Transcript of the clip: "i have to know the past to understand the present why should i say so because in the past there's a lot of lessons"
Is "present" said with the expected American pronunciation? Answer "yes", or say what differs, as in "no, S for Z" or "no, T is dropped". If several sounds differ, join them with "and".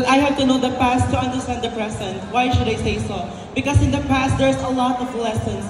no, S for Z